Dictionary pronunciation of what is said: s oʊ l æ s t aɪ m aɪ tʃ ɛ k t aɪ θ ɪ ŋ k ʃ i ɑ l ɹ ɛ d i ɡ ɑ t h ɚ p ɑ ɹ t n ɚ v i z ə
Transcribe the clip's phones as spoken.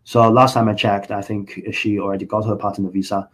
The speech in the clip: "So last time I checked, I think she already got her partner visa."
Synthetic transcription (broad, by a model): s oʊ l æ s t aɪ m aɪ tʃ ɛ k t aɪ θ ɪ ŋ k ʃ i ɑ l ɹ ɛ d i ɡ ɑ t h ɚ p ɑ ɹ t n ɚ v i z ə